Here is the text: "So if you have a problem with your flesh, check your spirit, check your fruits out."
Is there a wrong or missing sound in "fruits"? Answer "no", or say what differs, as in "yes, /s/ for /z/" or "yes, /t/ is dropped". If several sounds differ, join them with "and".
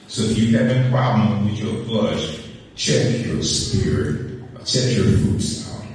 yes, /ɹ/ is dropped